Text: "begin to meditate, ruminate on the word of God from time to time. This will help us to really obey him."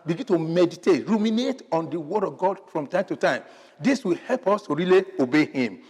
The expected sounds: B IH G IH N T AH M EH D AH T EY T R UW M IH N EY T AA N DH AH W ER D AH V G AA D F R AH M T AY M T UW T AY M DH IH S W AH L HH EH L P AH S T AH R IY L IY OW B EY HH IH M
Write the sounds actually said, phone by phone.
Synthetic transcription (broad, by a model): B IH G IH N T AH M EH D AH T EY T R UW M IH N EY T AA N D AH W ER D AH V G AA D F R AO M T AY M T UW T AY M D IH S W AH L HH EH L P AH S T AH R IY L IY OW B EY HH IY M